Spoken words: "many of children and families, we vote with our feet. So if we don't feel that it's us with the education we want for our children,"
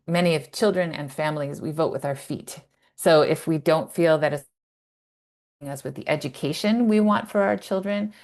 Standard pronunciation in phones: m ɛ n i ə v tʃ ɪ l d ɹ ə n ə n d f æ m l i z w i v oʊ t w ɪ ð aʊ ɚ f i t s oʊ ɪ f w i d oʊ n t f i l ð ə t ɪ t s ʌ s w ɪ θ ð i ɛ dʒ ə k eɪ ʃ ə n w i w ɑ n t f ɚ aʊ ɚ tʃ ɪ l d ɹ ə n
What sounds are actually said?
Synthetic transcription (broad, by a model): m ɛ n i ə v tʃ ɪ l d ɹ ə n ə n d f æ m l i z w i v oʊ t w ɪ ð aʊ ɚ f i t s oʊ ɪ f w i d oʊ n t f i l ð ə t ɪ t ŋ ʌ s w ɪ ð i ɛ dʒ ə k eɪ ʃ ə n w i w ɑ n t f ɚ aʊ ɚ tʃ ɪ l d ɹ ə n